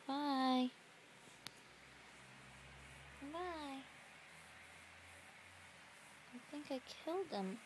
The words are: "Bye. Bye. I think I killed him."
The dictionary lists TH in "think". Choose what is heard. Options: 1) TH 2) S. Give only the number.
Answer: 1